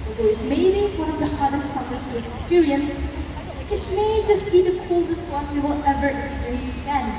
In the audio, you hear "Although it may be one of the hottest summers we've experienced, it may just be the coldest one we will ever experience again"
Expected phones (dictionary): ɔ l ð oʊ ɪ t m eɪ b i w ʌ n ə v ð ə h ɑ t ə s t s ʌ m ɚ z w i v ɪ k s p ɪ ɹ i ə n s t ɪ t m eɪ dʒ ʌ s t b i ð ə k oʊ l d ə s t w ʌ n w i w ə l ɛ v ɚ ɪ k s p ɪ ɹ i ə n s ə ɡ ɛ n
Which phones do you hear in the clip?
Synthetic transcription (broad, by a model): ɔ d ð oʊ ɪ t m eɪ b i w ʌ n ə v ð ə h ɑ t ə s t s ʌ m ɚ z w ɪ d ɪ k s p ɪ ɹ i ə n s ɪ t m eɪ dʒ ʌ s t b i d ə k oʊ l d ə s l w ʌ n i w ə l ɛ v ɚ ɪ k s p ɪ ɹ i ə n s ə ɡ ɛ n